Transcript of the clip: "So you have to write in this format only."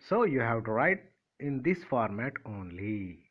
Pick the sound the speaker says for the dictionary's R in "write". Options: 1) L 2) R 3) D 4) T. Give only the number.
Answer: 2